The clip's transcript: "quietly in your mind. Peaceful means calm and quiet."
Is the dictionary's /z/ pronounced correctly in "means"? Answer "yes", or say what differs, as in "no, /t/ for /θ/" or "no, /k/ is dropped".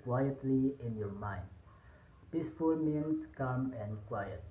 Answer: no, /s/ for /z/